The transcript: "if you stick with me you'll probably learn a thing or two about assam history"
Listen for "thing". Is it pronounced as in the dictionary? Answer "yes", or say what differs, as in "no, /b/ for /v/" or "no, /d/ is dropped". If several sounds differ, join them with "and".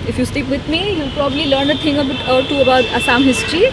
no, /t/ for /θ/